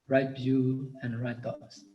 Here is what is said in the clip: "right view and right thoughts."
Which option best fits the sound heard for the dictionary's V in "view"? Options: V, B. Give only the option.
B